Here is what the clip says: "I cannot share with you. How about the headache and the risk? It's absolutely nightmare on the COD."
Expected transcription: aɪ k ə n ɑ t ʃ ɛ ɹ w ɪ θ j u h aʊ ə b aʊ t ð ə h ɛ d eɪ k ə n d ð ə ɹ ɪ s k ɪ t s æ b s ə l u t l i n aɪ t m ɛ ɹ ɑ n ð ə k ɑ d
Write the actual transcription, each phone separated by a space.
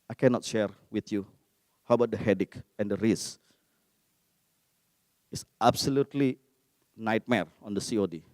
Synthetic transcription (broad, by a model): aɪ k ə n ɑ t ʃ ɛ ɹ w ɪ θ j u h aʊ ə b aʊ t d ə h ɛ d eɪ k ə n d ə ɹ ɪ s ɪ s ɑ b s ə l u t l i n aɪ t m ɛ ɹ ɑ n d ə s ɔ d